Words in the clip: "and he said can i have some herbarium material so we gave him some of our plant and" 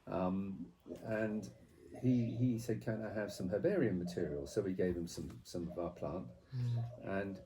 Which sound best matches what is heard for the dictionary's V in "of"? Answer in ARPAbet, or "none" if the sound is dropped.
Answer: V